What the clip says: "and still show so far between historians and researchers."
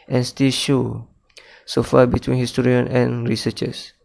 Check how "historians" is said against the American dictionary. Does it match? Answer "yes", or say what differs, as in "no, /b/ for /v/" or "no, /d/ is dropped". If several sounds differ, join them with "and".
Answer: no, /z/ is dropped